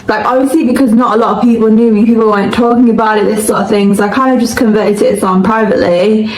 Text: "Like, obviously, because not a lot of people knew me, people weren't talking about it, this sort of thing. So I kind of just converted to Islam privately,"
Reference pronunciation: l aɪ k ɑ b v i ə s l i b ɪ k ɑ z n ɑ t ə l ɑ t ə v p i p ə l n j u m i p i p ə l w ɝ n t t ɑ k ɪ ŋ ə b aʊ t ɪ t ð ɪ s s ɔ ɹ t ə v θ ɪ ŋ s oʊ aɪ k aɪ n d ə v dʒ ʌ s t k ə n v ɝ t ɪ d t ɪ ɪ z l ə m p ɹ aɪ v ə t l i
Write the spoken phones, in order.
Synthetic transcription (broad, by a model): l aɪ k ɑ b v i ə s l i b ɪ k ɑ z n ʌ t ə l ɑ t ə v p i p ə l n j u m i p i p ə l w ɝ n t t ɑ k ɪ ŋ ə b aʊ t ɪ t ð ɪ s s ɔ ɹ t ə v θ ɪ ŋ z aɪ k aɪ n d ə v dʒ ʌ s k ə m v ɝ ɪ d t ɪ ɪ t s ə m p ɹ aɪ v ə t l i